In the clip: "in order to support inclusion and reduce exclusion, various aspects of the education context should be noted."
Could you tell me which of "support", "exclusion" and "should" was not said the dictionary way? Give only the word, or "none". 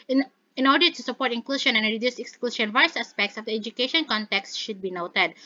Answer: exclusion